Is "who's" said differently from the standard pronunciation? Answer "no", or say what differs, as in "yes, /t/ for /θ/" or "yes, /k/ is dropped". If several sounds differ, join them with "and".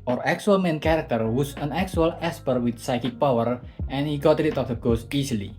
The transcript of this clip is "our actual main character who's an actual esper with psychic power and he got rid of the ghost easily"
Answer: yes, /s/ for /z/